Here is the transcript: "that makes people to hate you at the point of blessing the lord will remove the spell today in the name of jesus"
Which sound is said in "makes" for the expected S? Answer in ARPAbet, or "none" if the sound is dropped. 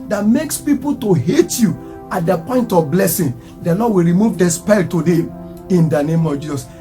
S